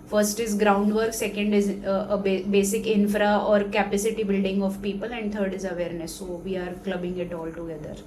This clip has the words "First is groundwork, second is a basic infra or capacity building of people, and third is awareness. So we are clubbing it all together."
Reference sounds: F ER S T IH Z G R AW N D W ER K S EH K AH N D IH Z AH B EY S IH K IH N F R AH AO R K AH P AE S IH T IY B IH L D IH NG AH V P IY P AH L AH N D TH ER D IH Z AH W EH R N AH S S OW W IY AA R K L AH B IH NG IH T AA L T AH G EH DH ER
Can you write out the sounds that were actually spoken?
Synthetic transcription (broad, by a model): F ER S T IH Z G R AW N D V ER K S EH K AH N D IH Z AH B EY S IH K IH N F R AH AO R K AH P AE S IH T IY B IH L D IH NG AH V P IY P AH L AH N D T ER D IH Z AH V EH R N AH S S OW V IY AA R K L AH B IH NG IH T AA L T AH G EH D ER